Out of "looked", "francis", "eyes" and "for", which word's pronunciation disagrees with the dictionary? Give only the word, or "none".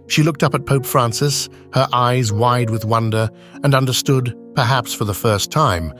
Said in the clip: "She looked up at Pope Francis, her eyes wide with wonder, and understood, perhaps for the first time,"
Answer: none